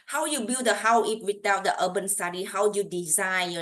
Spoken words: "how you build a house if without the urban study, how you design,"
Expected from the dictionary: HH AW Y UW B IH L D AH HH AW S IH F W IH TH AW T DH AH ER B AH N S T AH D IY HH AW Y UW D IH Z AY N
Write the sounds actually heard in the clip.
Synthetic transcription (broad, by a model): HH AW Y UW B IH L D AH HH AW IH P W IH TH AW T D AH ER B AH N S T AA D IY HH AW Y UW D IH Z AY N